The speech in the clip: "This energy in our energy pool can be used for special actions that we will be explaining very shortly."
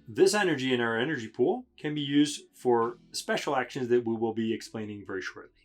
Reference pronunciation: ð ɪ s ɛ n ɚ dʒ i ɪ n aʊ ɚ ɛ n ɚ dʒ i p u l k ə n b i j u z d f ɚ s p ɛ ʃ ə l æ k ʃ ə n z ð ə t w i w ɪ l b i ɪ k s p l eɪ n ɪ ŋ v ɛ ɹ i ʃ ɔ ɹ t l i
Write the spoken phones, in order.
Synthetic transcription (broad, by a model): ð ɪ s ɛ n ɚ dʒ i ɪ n aʊ ɚ ɛ n ɚ dʒ i p u l k ə n b i j u z d f ɚ s p ɛ ʃ l æ k ʃ ə n z ð ə t w i w ɪ l b i ɪ k s p l eɪ n ɪ ŋ v ɛ ɹ i ʃ ɔ ɹ t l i